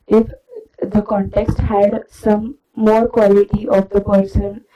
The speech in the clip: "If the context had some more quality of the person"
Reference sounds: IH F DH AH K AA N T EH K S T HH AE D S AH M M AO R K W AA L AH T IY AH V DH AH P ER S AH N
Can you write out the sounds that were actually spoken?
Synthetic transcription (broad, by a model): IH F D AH K AA N T EH K S T HH AE D S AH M M AO R K W AA L AH T IY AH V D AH P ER S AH N